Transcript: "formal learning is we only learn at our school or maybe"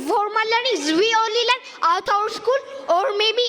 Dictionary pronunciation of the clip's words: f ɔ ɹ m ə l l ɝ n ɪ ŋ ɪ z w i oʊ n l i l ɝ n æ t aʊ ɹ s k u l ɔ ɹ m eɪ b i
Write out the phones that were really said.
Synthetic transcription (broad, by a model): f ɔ ɹ m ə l l ɝ n ɪ ŋ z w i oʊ l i l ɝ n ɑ t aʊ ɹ s k u l ɔ ɹ m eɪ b i